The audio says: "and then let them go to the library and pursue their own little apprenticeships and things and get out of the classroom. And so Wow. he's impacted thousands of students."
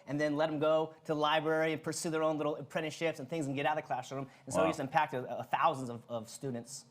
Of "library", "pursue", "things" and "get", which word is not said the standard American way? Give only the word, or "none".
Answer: none